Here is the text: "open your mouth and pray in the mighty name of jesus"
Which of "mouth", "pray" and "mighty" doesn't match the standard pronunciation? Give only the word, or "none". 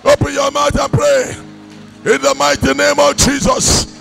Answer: mouth